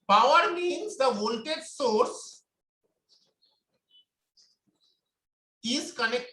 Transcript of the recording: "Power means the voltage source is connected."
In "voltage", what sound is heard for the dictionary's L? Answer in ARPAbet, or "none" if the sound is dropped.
N